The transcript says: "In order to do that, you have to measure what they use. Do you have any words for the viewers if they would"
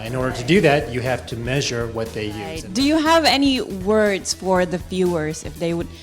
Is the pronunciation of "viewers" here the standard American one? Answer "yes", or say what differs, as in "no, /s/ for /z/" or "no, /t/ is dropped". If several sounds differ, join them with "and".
no, /f/ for /v/